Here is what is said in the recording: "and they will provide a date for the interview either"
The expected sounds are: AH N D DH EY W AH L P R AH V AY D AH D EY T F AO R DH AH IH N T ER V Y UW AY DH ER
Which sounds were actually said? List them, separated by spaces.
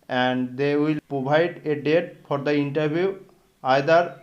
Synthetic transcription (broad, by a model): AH N D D EY W AH L P R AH B AY D AH D EY T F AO R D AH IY N T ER B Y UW AY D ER